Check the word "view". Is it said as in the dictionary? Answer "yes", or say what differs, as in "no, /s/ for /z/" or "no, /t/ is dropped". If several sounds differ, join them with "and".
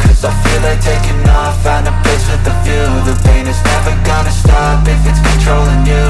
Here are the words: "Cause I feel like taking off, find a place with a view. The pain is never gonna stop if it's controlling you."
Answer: no, /f/ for /v/